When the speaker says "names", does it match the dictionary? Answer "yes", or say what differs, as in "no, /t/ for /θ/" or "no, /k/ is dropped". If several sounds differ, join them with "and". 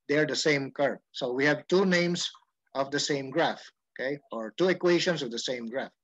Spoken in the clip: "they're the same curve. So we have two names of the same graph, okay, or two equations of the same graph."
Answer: no, /s/ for /z/